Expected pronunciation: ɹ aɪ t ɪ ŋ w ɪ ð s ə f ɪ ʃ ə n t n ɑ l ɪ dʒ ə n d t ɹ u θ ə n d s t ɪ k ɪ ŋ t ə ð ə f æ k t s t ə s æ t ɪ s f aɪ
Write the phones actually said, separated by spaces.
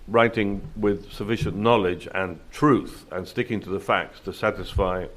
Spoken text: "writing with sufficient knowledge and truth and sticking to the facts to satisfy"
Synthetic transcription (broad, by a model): ɹ aɪ t ɪ ŋ w ɪ ð s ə f ɪ ʃ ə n n ɑ l ɪ dʒ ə n t ɹ u θ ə n s t ɪ k ɪ ŋ t ə ð ə f æ k t s t ə s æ t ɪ s f aɪ